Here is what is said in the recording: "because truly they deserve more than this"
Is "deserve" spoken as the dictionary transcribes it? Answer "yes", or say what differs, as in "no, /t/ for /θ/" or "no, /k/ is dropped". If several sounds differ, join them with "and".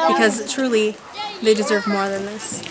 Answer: yes